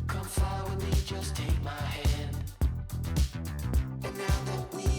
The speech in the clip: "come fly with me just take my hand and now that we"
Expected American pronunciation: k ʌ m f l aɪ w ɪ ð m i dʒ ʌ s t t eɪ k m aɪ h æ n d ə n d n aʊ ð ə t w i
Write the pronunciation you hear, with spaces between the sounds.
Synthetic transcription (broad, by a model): k ʌ m f aɪ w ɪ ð m i dʒ ʌ s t t eɪ k m aɪ h æ n d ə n n aʊ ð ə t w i